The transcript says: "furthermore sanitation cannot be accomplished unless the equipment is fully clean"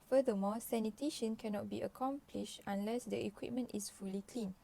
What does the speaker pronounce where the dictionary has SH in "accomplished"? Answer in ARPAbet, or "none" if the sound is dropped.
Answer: SH